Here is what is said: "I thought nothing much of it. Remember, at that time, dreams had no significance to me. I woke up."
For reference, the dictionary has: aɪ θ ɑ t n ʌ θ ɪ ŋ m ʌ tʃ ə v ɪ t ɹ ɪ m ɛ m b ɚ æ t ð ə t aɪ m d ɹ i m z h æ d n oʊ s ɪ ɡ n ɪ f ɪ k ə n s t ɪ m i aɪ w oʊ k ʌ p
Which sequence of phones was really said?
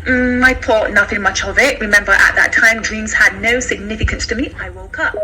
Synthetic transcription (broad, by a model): aɪ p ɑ t n ʌ θ ɪ ŋ m ʌ tʃ ə v ɪ t ɹ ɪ m ɛ m b ɚ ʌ t ð ə t aɪ m d ɹ i m z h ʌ d n oʊ s ɪ ɡ n ɪ f ɪ k ə n s t ɪ m i aɪ w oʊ k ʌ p